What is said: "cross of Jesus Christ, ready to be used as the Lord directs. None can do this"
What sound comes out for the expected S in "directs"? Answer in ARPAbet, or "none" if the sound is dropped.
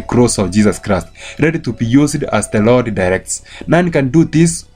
S